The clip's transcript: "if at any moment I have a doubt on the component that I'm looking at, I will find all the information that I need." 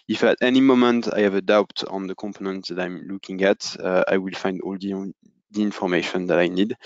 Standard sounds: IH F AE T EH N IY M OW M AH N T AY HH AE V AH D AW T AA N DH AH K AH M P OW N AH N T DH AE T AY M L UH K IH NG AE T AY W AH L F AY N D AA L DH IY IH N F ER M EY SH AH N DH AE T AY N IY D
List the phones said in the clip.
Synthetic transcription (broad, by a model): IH F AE T EH N IY M OW M AH N T AY HH AE V AH D AW T AA N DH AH K AH M P OW N AH N T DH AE T AY M L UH K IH NG AE T AY W AH L F AY N D AA L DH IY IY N F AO M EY SH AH N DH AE T AY N IY D